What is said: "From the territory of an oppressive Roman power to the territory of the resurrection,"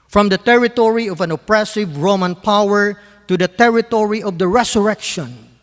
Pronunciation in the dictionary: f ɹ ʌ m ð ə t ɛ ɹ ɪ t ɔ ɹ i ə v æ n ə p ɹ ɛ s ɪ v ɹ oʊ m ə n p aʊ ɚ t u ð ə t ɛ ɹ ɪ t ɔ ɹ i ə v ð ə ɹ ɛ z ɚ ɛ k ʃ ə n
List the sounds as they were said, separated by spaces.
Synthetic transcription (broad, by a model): f ɹ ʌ m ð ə t ɛ ɹ ɪ t ɔ ɹ i ə v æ n ə p ɹ ɛ s ɪ v ɹ oʊ m ə n p aʊ ɚ t u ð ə t ɛ ɹ ɪ t ɔ ɹ i ə v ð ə ɹ ɛ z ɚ ɛ k ʃ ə n